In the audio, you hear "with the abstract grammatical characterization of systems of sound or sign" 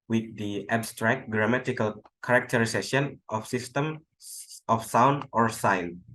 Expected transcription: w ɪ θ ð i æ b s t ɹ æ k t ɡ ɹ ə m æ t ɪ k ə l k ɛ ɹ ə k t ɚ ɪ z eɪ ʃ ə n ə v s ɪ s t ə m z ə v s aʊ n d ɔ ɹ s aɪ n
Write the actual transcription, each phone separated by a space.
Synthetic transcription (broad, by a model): w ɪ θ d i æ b s t ɹ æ k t ɡ ɹ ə m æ t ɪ k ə l k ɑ ɹ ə k t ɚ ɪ s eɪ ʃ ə n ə f s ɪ s t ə m ə f s aʊ n d ɔ ɹ s aɪ n